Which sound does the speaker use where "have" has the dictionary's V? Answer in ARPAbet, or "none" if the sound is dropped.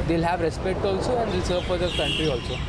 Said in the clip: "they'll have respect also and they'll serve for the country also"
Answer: V